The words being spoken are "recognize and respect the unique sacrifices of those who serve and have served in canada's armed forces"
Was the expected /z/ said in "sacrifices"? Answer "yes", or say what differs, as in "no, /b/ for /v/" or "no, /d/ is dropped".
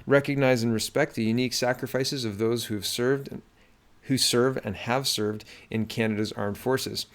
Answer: yes